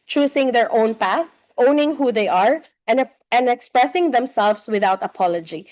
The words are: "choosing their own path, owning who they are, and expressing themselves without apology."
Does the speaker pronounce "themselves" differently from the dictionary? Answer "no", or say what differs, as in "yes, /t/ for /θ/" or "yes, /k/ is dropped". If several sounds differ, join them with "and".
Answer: yes, /s/ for /z/